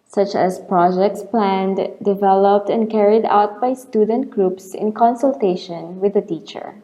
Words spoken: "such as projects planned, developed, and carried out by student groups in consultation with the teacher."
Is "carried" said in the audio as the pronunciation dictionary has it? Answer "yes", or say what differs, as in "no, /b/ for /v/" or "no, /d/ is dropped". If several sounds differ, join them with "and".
yes